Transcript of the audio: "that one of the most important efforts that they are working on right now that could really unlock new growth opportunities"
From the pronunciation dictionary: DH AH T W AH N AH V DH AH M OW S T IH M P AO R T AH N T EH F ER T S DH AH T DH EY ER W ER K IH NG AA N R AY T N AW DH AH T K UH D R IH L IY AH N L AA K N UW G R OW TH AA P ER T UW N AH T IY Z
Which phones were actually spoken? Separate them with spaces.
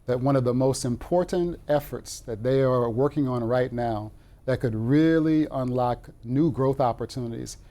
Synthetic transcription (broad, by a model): DH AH T W AH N AH V DH AH M OW S T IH M P AO R T N T EH F ER T S DH AH T DH EY ER W ER K IH NG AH N R AY T N AW DH AH T K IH D R IH L IY AH N L AA K N UW G R OW TH AA P ER T UW N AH T IY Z